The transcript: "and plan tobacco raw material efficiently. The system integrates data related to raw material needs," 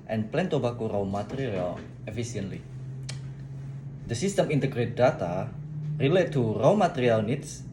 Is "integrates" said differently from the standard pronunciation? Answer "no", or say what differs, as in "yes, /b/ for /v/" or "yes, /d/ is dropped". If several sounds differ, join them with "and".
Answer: yes, /s/ is dropped